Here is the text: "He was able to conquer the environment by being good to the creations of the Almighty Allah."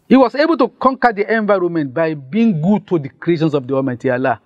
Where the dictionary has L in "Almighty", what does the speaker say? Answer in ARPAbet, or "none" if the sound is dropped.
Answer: none